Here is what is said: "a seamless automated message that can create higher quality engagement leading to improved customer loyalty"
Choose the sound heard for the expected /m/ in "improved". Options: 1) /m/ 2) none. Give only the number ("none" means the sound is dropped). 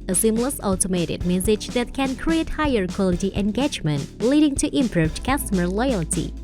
1